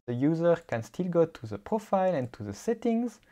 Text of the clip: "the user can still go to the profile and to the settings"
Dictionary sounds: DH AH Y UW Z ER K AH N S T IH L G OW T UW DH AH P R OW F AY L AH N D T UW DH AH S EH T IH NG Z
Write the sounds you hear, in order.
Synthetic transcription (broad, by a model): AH Y UW Z ER K AH N S T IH L G OW T UW DH AH P R OW F AY L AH N T UW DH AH S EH T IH NG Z